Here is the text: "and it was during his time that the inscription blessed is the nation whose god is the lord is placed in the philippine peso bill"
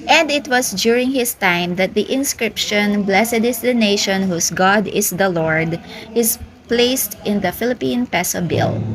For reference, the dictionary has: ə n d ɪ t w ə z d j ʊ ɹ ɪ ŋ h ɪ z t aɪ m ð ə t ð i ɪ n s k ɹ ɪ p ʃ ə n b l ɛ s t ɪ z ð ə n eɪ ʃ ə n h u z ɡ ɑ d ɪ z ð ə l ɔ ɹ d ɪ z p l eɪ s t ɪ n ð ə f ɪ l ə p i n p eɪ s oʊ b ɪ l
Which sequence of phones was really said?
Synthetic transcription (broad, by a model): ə n d ɪ t w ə s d j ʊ ɹ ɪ ŋ h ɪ s t aɪ m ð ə t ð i ɪ n s k ɹ ɪ p ʃ ə n b l ɛ s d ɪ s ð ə n eɪ ʃ ə n h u s ɡ ɑ d ɪ s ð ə l ɔ ɹ d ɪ s p l eɪ s t ɪ n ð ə f ɪ l ə p i n p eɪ s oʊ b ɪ l